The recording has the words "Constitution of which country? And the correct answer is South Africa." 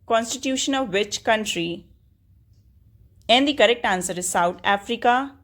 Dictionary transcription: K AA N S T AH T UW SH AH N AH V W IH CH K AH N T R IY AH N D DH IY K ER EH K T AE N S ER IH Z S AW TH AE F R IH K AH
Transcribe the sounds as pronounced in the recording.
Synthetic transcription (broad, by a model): K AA N S T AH T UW SH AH N AH V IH CH K AH N T R IY AH N D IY K ER EH K T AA N S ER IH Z S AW T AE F R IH K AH